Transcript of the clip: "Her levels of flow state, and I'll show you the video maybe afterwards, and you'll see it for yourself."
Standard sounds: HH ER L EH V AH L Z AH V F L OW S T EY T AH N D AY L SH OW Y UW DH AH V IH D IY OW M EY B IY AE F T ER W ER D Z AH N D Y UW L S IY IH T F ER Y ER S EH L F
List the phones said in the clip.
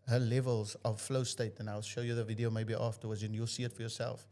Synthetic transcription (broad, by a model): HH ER L EH V AH L Z AH V F L OW S T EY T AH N AY L SH OW Y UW DH AH V IH D IY OW M EY B IY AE F T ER W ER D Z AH N Y UW L S IY IH T F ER Y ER S EH L F